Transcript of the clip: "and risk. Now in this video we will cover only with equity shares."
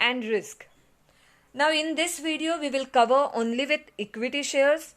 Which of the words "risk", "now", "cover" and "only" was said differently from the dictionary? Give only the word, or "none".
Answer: none